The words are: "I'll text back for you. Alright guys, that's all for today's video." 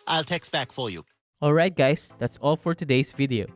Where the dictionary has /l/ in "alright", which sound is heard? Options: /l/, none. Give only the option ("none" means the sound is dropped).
/l/